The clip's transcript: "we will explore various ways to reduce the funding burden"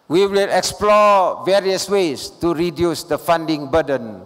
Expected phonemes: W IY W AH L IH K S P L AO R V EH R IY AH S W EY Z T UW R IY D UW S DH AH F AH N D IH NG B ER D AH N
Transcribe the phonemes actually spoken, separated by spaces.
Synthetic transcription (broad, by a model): W IY W AH L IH K S P L AO V EH R IY AH S W EY S T UW R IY D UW S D AH F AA N D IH NG B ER D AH N